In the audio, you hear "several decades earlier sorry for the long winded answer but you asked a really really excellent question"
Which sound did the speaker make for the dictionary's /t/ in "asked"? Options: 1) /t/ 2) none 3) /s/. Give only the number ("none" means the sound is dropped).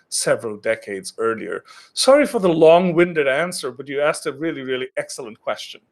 1